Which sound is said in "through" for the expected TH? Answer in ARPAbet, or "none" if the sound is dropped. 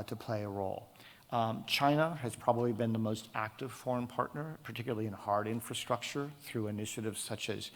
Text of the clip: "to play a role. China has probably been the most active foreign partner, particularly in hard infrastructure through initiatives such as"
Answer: TH